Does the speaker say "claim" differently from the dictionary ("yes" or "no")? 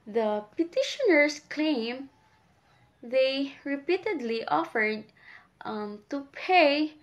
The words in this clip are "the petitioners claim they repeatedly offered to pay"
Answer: no